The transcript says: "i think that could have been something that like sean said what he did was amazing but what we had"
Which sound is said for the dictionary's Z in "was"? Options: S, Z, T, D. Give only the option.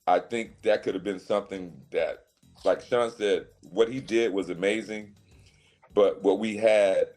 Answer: Z